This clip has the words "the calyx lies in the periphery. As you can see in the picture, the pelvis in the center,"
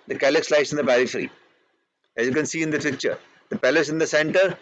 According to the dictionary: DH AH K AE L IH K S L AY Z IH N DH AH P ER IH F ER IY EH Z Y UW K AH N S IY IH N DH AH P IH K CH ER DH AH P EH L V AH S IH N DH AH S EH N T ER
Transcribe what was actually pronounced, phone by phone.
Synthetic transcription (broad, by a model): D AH K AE L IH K S L AY S IH N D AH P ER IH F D IY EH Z Y UW K AH N S IY IH N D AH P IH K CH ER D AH P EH L AH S IH N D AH S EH N T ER